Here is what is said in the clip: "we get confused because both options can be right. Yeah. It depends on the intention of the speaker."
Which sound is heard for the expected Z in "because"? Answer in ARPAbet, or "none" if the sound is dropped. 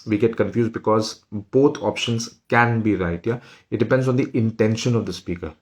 Z